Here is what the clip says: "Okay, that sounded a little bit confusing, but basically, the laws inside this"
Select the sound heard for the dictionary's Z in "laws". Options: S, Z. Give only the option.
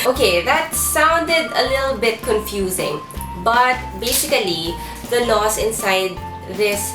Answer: S